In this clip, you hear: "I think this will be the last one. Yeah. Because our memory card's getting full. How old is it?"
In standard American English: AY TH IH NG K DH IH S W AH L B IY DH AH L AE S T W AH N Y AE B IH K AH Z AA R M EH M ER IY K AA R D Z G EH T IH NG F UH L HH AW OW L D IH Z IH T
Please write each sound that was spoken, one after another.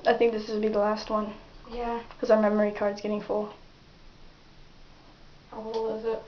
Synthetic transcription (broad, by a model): AY TH IH NG K DH IH S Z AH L B IY DH AH L AE S T W AH N Y AE K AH Z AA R M EH M ER IY K AA R D Z G EH T IH NG F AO HH AW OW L IH Z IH T